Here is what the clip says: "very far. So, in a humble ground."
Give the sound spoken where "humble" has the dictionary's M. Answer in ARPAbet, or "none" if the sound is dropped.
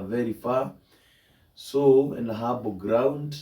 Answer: none